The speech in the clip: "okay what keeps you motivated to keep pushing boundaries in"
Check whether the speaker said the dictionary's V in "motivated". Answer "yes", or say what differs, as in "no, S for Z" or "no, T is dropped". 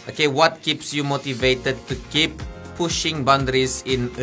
yes